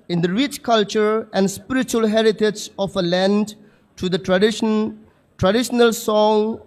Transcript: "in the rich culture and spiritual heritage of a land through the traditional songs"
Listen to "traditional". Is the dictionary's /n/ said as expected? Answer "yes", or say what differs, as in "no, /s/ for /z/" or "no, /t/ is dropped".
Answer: yes